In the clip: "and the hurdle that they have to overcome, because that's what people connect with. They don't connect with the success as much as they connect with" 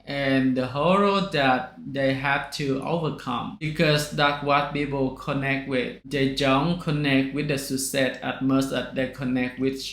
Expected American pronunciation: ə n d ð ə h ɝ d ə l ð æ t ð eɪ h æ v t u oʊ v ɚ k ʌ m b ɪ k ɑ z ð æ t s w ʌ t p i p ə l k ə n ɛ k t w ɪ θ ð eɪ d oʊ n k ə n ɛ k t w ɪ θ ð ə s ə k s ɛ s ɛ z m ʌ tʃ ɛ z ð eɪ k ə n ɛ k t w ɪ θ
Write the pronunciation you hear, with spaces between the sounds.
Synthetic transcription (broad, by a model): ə n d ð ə h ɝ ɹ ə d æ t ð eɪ h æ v t u oʊ v ɚ k ʌ m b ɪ k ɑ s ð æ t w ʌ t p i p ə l k ə n ɛ k t w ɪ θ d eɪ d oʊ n k ə n ɛ k t w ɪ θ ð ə s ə s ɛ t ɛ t m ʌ s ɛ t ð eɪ k ə n ɛ k t w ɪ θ